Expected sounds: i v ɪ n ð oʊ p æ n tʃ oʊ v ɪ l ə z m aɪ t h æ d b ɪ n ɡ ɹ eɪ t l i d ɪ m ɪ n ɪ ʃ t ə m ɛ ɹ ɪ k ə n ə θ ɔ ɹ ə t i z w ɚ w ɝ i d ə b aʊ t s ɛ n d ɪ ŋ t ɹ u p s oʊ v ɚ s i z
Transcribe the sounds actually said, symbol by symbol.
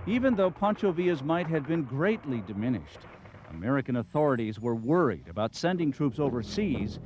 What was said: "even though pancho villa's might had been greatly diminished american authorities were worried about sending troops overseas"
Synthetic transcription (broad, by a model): i v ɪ n ð oʊ p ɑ n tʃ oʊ v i ə z m aɪ t h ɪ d b ɪ n ɡ ɹ eɪ t l i d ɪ m ɪ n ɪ ʃ t ə m ɛ ɹ ɪ k ə n ə θ ɔ ɹ ə t i z w ɚ w ɝ i d ə b aʊ t s ɛ n d ɪ ŋ t ɹ u p s oʊ v ɚ s i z